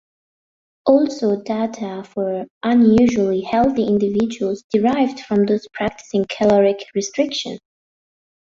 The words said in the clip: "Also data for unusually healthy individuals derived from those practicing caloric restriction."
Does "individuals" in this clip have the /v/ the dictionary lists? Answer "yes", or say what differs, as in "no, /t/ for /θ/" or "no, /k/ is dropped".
yes